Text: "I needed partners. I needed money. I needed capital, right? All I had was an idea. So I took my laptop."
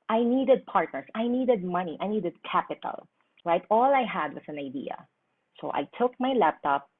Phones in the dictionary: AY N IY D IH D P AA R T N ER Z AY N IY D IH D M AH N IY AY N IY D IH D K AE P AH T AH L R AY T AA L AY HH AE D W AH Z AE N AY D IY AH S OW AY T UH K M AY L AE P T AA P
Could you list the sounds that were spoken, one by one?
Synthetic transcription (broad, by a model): AY N IY D IH D P AA R T N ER S AY N IY D IH D M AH N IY AY N IY D IH D K AE P AH T AH L R AY T AA L AY HH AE D W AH S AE N AY D IY AH S OW AY T UH K M AY L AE P T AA P